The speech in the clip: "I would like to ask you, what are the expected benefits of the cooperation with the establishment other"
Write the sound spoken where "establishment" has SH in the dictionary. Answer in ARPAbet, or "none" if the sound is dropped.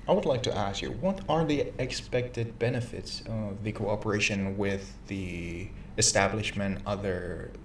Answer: SH